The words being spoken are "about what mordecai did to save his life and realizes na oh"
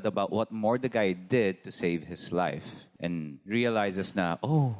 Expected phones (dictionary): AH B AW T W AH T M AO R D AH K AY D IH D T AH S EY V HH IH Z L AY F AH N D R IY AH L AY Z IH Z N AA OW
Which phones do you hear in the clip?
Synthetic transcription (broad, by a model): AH B AW T W AH T M AO R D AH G AY D IH D T AH S EY V HH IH S L AY F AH N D R IY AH L AY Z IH S N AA OW